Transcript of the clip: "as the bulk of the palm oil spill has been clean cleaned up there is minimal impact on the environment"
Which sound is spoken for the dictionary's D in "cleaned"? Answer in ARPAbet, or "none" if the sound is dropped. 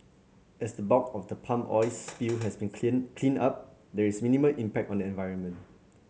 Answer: none